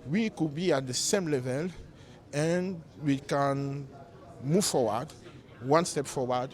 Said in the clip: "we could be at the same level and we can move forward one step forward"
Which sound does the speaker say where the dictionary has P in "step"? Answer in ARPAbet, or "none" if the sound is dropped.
P